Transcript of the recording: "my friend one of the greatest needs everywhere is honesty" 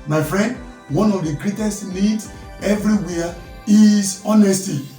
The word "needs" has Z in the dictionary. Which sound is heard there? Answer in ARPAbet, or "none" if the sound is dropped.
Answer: none